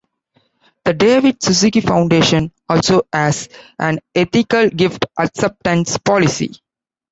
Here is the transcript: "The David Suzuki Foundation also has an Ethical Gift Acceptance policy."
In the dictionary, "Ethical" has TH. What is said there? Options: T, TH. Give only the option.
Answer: T